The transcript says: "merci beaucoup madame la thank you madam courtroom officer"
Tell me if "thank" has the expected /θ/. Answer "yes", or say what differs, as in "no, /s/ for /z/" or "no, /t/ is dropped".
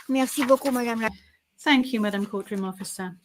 yes